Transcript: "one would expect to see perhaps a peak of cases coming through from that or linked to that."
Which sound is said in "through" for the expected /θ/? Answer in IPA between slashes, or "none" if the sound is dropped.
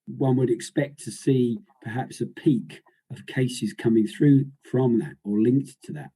/θ/